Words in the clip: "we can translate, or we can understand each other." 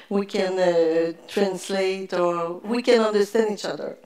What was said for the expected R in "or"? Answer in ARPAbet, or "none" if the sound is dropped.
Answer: R